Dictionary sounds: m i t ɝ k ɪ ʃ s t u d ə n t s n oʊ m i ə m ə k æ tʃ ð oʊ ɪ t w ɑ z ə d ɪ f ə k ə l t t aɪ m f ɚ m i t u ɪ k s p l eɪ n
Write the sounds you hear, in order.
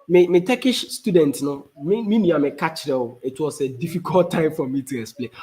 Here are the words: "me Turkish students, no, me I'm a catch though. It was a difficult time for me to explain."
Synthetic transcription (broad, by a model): m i t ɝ k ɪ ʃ s t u d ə n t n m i m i ə m ə k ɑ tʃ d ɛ ɪ t w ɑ s ə d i f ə k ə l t t aɪ m f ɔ m i t u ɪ k s p l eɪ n